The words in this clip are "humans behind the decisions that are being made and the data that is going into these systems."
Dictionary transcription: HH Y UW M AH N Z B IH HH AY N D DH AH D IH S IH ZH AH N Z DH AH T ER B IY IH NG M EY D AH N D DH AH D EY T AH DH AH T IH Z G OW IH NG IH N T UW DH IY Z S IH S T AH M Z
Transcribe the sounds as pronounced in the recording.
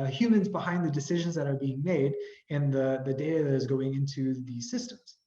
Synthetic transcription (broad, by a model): HH Y UW M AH N Z B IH HH AY N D DH AH D IH S IH ZH AH N Z DH AH T ER B IY IH NG M EY D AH N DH DH AH D EY T AH DH AH T IH Z G OW IH NG IH N T UW DH IY Z S IH S T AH M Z